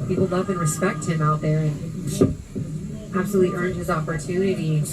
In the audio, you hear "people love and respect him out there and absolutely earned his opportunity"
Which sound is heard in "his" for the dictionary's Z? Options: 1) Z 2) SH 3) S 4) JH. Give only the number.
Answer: 1